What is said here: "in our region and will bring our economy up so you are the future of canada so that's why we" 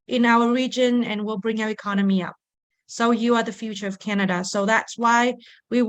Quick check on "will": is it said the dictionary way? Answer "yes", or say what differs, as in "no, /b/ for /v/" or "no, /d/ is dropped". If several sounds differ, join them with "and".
yes